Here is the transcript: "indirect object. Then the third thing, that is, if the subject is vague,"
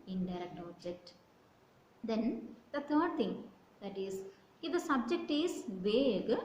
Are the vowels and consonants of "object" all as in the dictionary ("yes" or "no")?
yes